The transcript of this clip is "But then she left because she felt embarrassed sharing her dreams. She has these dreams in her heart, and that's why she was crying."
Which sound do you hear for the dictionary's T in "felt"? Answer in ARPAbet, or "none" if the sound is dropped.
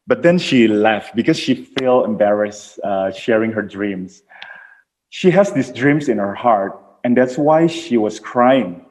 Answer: none